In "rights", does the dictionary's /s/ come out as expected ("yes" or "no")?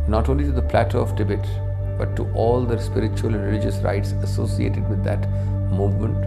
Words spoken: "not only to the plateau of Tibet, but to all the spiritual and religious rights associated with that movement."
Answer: yes